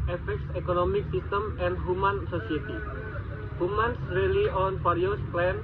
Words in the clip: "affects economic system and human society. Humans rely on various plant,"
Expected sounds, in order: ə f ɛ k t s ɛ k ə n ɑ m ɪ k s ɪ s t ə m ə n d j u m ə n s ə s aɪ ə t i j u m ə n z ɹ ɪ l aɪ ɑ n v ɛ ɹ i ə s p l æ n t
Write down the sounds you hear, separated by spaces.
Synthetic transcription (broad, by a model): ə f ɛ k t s ɛ k ə n ɑ m ɪ k s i s t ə m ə n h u m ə n s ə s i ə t i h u m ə n s ɹ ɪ l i ɑ n f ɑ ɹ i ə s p l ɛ n